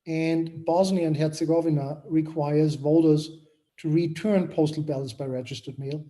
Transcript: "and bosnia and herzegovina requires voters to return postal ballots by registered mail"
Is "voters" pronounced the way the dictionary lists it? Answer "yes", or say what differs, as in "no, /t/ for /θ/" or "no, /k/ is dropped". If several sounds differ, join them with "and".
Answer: yes